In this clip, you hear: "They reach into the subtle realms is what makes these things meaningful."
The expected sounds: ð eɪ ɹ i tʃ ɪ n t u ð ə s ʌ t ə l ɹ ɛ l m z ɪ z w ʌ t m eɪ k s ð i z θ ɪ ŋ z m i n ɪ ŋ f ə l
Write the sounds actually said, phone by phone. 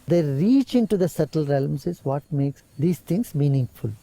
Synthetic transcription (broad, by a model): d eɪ ɹ i tʃ ɪ n t u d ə s ʌ t ə l ɹ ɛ l m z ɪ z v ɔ t m eɪ k s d i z t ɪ ŋ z m i n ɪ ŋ f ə l